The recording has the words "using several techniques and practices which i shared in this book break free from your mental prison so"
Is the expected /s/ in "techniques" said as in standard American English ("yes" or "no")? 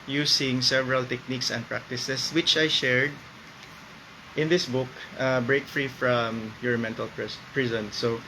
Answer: yes